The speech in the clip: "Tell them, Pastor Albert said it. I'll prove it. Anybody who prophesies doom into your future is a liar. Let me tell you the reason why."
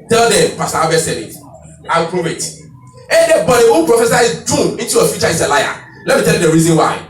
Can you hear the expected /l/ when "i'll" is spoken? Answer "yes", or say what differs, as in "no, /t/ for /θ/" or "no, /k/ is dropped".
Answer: no, /w/ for /l/